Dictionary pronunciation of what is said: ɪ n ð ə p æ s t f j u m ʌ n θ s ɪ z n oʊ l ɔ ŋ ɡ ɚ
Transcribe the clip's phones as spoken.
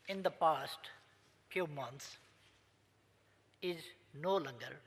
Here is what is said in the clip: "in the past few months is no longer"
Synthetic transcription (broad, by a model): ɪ n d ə p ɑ s t f j u m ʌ n t s ɪ z n oʊ l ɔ ŋ ɡ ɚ